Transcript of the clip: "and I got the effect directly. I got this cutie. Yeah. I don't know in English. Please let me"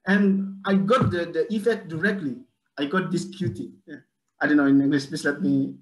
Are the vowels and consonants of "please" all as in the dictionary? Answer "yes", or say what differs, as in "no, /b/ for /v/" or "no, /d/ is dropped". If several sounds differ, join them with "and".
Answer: no, /l/ is dropped and /s/ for /z/